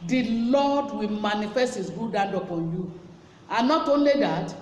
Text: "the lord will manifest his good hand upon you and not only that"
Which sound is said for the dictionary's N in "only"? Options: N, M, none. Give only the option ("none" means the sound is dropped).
N